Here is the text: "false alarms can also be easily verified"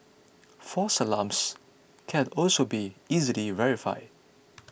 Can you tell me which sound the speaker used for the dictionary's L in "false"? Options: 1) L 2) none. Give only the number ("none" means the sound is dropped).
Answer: 2